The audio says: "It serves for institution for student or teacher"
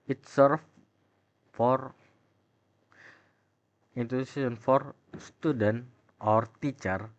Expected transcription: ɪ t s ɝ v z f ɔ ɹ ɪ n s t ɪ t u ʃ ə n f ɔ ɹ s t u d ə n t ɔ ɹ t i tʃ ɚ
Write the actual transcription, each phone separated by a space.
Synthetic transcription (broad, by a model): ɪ t s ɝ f f ɔ ɹ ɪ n t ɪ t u s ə n f ɔ ɹ s t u d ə n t ɔ ɹ t i tʃ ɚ